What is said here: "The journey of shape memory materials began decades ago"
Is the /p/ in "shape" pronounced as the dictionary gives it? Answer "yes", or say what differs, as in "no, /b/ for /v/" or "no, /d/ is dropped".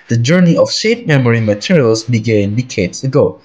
no, /f/ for /p/